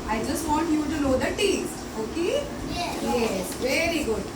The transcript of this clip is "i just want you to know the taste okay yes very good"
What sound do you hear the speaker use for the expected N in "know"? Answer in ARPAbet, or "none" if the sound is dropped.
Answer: L